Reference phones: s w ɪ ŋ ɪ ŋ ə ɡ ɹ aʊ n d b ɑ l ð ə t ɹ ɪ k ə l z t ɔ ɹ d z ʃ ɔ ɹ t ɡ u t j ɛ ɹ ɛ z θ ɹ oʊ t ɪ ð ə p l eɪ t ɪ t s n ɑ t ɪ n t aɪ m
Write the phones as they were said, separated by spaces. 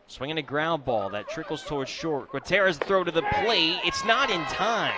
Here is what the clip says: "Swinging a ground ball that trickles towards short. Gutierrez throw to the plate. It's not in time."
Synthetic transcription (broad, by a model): s w ɪ ŋ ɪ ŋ ə ɡ ɹ aʊ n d b ɑ l ð ə t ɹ ɪ k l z t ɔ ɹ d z ʃ ɔ ɹ t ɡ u t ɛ ɹ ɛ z θ ɹ oʊ t ɪ ð ə p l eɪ ɪ t s n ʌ t ɪ n t aɪ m